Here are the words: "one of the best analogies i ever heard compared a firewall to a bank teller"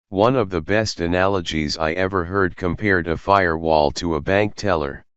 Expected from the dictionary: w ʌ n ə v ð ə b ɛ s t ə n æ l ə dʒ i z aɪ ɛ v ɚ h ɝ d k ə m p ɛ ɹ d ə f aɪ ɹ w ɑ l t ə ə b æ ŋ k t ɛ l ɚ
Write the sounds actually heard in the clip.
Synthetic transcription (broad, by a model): w ʌ n ə v ð ə b ɛ s t ə n æ l ə dʒ i z aɪ ɛ v ɚ h ɝ d k ə m p ɛ ɹ d ə f aɪ ɹ w ɑ l t ə ə b æ ŋ k t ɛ l ɚ